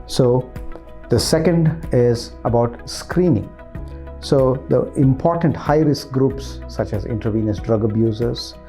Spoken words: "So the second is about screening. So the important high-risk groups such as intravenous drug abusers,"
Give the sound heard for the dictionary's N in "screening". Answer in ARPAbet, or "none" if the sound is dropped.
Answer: N